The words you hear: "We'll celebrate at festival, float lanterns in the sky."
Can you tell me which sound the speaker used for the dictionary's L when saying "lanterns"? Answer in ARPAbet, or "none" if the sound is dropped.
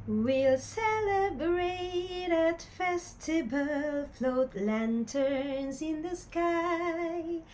L